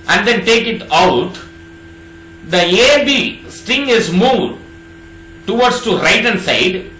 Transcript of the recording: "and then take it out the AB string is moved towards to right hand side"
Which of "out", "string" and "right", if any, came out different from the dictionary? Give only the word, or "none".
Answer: string